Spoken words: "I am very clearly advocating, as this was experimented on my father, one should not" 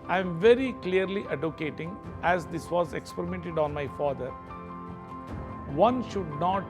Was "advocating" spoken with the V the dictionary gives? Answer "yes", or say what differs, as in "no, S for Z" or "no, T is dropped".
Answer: no, V is dropped